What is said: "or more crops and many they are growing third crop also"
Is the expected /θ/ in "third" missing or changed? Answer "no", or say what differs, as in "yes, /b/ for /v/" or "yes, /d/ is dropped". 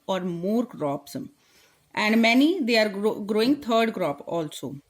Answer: yes, /t/ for /θ/